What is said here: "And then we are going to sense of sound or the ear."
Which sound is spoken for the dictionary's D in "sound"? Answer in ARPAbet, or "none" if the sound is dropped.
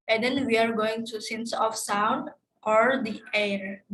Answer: D